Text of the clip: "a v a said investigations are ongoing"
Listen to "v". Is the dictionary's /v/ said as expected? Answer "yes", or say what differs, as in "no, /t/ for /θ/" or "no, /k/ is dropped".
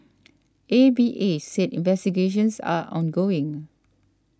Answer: no, /b/ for /v/